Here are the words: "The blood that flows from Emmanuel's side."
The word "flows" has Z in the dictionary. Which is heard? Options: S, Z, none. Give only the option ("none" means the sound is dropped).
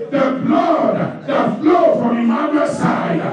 none